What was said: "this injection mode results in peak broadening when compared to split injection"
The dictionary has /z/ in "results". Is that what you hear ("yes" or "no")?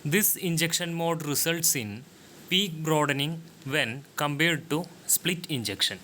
no